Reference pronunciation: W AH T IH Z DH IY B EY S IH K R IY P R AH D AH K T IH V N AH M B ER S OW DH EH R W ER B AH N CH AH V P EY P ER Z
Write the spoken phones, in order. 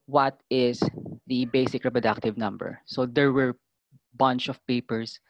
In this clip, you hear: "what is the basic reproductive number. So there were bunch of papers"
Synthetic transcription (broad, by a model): W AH T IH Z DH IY B EY S IH K R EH P R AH D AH K T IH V N AH M B ER S OW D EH R W ER B AH N CH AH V P EY P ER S